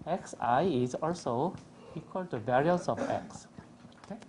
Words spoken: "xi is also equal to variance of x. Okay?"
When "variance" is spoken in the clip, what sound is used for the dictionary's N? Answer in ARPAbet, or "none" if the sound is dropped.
none